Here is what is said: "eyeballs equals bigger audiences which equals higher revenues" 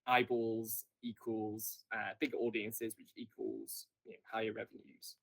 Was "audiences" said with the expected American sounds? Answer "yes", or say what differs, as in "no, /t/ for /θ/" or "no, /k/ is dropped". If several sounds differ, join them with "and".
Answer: yes